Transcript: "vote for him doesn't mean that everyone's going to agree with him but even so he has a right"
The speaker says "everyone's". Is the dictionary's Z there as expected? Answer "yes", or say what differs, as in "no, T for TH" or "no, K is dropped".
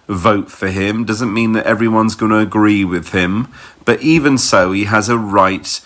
yes